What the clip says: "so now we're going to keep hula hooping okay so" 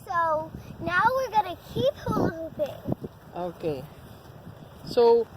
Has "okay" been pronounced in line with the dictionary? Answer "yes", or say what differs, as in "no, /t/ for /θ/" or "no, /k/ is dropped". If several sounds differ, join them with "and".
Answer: yes